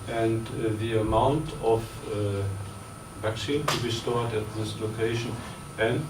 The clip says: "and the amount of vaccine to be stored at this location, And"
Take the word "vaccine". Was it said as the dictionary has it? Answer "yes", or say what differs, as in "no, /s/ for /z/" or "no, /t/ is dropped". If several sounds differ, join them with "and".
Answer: yes